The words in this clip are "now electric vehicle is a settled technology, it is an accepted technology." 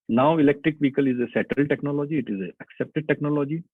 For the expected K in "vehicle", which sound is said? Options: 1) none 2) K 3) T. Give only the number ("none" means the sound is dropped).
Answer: 2